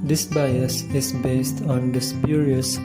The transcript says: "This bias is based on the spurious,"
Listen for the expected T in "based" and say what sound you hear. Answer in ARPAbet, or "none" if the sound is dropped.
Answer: T